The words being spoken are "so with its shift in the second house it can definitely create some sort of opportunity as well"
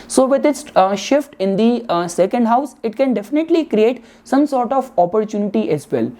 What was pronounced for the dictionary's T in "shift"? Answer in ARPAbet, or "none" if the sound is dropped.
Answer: T